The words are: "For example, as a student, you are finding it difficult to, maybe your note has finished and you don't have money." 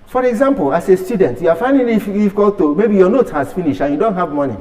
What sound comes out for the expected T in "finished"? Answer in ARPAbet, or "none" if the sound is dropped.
none